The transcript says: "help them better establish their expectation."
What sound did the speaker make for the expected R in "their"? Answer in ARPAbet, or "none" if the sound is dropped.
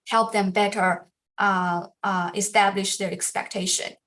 R